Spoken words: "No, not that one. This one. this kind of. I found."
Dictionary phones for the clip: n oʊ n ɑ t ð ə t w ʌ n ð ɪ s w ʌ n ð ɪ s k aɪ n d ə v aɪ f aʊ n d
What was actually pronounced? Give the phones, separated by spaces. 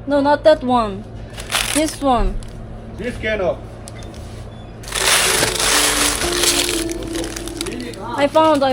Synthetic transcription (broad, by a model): n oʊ n ɑ t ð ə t w ʌ n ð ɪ s w ʌ n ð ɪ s k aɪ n ə p aɪ f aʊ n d